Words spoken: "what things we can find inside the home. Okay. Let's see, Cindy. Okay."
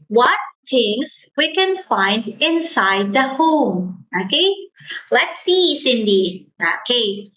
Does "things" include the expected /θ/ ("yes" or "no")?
no